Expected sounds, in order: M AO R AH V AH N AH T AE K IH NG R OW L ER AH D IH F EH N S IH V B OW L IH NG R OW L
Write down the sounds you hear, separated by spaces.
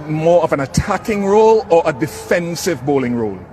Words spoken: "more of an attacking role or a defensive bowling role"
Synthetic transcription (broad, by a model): M AO R AH V AH N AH T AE K IH NG R OW L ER AH D IH F EH N S IH V B OW L IH NG R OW L